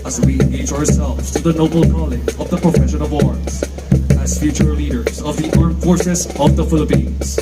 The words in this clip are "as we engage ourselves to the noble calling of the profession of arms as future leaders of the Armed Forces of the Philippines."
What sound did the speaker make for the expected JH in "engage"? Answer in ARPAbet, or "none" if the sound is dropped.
none